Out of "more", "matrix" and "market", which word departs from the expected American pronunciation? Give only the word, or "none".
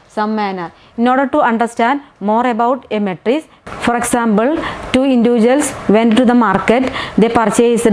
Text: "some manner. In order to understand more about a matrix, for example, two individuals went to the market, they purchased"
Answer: matrix